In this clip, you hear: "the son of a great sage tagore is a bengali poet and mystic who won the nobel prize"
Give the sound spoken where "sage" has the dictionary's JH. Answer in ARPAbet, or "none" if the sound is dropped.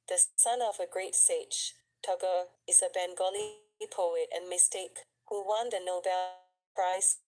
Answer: CH